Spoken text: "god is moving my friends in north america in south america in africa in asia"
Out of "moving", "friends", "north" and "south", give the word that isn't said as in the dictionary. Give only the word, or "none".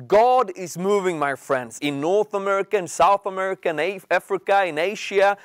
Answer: none